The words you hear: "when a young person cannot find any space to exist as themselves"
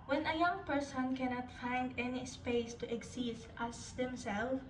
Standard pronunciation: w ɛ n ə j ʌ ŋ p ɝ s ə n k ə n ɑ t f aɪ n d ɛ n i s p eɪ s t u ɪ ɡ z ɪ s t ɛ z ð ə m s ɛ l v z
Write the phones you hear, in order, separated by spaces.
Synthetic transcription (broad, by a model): w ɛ n ə j ʌ ŋ p ɝ s ə n k ə n ɑ t f aɪ n d ɛ n i s p eɪ s t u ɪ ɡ s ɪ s t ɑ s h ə m s ɛ l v